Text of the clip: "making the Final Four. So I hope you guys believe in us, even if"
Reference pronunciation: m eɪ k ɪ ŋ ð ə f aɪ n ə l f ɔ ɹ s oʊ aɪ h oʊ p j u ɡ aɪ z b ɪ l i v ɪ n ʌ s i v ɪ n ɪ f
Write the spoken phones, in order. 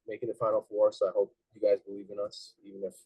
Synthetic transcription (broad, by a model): m eɪ k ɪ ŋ ð ə f aɪ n l f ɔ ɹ s oʊ aɪ h oʊ p j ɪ ɡ aɪ z b ɪ l i v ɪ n ʌ s i v ɪ n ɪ f